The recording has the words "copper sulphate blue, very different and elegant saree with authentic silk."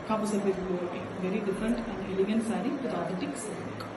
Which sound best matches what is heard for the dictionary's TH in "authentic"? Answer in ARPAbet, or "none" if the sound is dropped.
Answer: T